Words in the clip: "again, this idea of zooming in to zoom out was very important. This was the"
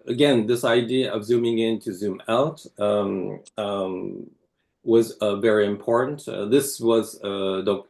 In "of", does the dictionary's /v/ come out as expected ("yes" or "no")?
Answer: yes